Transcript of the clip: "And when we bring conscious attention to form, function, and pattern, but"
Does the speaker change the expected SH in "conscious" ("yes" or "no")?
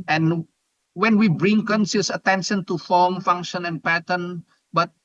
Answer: yes